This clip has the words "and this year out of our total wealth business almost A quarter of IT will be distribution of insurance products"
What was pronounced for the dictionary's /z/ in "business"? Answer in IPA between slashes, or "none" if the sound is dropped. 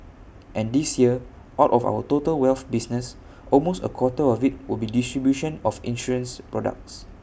/s/